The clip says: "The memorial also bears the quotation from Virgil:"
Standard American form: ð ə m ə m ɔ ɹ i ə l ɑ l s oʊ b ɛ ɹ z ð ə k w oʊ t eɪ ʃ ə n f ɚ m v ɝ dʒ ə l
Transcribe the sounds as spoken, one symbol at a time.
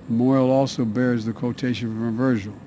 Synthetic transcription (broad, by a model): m m ɔ i l ɑ l s oʊ b ɛ ɹ z ð ə k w oʊ t eɪ ʃ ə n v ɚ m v ɝ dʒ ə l